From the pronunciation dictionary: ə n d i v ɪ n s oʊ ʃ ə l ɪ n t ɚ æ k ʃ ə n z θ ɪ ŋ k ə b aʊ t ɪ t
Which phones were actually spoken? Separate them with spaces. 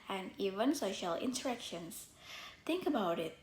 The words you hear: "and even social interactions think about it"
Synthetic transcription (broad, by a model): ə n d i v ɪ n s oʊ ʃ ə l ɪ n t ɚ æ k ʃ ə n s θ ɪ ŋ k ə b aʊ t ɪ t